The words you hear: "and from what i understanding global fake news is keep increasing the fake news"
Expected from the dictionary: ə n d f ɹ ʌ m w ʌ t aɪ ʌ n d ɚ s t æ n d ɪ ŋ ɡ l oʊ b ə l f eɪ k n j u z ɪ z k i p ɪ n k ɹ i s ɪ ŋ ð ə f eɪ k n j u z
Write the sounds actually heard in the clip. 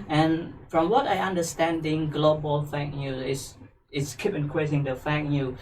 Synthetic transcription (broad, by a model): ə n f ɹ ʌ m w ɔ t aɪ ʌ n d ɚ s t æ n d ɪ ŋ ɡ l oʊ b ə l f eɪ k n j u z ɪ s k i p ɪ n k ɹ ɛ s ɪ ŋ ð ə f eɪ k n j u